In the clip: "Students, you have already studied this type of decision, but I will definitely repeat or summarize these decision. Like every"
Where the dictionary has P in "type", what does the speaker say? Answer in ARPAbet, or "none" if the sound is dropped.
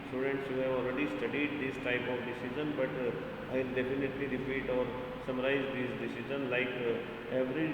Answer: P